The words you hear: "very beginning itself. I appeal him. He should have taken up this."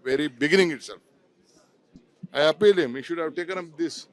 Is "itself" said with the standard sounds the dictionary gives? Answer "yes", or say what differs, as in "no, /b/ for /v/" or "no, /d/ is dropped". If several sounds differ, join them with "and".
no, /f/ is dropped